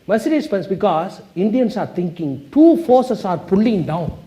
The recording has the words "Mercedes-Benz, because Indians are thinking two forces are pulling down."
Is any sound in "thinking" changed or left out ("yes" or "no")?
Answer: yes